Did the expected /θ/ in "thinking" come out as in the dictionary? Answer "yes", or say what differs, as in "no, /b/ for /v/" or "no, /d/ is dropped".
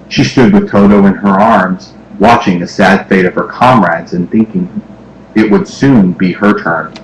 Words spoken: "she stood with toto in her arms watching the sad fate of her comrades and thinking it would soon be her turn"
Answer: yes